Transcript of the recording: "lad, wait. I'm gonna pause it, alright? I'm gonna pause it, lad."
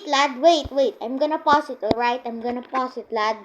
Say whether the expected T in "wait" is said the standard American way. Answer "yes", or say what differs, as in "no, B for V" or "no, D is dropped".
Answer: yes